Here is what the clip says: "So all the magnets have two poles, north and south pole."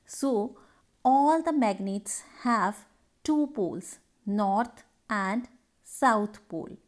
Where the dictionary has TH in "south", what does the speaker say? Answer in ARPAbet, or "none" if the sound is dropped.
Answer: T